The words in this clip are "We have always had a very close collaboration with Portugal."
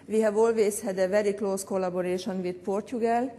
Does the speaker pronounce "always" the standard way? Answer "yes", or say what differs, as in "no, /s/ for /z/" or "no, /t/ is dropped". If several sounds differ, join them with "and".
no, /s/ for /z/